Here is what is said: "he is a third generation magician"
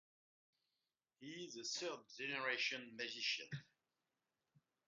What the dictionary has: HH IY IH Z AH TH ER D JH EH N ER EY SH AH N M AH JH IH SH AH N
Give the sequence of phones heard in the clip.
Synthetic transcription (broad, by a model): HH IY IH Z AH S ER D JH EH N ER EY SH AH N M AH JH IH SH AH N